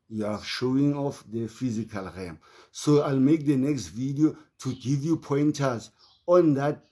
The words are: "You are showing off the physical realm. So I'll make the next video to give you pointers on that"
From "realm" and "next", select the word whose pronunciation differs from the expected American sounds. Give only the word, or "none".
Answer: realm